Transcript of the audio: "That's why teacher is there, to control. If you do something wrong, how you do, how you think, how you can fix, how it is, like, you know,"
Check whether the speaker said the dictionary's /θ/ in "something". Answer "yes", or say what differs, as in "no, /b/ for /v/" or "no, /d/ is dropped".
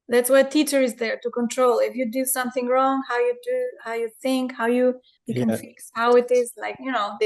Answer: yes